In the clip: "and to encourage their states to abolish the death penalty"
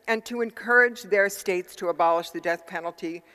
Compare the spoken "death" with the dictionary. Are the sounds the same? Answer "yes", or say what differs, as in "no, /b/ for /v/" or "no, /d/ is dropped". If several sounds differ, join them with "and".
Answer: yes